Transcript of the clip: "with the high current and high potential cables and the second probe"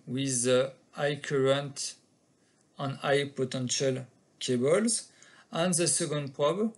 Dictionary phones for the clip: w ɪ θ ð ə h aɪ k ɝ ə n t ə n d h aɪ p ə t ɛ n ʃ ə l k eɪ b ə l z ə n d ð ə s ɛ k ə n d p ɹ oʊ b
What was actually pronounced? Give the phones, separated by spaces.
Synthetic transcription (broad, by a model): w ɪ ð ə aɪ k ɝ ə n t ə n aɪ p ə t ɛ n ʃ ə l k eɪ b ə l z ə n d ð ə s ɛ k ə n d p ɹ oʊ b